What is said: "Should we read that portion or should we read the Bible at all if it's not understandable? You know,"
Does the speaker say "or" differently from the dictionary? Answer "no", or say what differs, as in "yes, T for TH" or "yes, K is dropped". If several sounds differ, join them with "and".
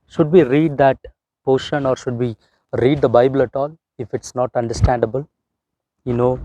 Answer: no